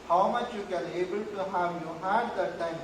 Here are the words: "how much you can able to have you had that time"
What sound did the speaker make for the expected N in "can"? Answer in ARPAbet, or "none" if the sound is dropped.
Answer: L